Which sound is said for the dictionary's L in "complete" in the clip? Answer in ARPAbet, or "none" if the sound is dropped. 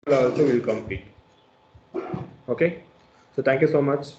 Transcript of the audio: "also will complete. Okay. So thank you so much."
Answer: none